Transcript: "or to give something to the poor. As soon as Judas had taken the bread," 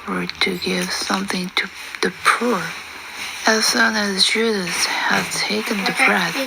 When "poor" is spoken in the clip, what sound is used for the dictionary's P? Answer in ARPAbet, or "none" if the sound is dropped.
P